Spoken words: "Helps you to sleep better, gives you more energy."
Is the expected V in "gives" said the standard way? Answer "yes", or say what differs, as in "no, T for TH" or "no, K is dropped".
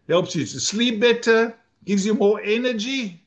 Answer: yes